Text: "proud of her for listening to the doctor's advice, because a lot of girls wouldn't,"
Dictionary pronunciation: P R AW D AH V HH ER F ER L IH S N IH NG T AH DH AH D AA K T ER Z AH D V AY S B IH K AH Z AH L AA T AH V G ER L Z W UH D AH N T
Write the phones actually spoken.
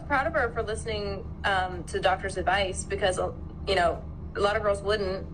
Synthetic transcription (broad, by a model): P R AW D AH V ER F ER L IH S N IH NG T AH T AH D AA K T ER Z AH D V AY S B IH K AH Z AH L AA T AH V G ER L Z W UH D N T